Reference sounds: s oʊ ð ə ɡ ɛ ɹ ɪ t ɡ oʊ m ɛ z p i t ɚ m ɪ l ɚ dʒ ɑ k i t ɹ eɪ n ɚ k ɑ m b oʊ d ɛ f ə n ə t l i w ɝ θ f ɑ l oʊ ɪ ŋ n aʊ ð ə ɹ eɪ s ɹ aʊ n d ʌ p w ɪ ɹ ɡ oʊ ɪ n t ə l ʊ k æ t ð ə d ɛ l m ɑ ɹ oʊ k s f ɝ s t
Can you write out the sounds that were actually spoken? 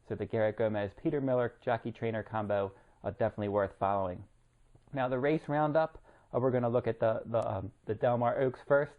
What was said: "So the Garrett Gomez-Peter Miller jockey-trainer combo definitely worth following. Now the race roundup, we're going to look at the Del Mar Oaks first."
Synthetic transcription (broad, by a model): s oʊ ð ə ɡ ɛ ɹ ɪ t ɡ oʊ m ɛ z p i t ɚ m ɪ l ɚ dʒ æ k i t ɹ eɪ n ɚ k ɑ m b oʊ d ɛ f ə n ə t l i w ɝ θ f ɑ l oʊ ɪ ŋ n aʊ ð ə ɹ eɪ s ɹ aʊ n d ʌ p w ɪ ɹ ɡ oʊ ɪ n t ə l ʊ k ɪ t ð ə d ɛ l m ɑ ɹ oʊ k s f ɝ s t